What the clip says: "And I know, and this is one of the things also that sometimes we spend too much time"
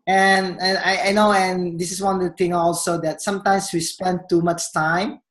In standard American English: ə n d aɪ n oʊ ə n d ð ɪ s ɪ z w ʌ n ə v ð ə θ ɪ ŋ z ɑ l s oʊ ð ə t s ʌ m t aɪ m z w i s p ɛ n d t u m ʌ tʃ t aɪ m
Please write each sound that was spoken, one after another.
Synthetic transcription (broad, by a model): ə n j aɪ n oʊ ə n d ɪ s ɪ s w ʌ n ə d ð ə t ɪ ŋ ɑ l s oʊ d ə t s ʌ m t aɪ m s w i s p ɛ n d t u m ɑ tʃ t aɪ m